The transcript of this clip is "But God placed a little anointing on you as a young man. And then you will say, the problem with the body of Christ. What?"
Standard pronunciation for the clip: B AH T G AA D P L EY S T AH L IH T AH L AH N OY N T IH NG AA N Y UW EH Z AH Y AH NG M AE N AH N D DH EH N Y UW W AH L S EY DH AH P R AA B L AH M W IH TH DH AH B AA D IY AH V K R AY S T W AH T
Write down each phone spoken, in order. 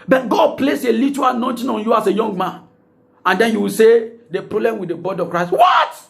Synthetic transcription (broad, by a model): B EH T G AA D P L EY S AH L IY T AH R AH N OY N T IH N AA N Y UW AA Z AH Y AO NG M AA N AH N D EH N Y UW W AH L S EY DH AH P R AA B L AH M W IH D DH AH B AA D IY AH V K R AY S T W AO T